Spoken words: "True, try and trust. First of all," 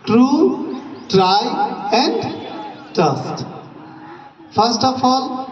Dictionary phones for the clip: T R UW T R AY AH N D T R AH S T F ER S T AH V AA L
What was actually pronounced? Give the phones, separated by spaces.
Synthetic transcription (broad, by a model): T R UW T R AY AH N D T AH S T F ER S T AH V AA L